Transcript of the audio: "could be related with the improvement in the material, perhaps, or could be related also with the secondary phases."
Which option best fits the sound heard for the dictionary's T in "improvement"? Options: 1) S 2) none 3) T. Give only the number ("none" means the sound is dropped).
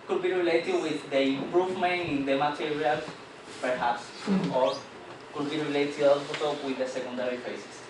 2